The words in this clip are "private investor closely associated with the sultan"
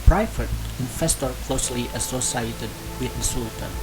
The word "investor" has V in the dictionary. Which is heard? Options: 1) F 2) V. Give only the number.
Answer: 1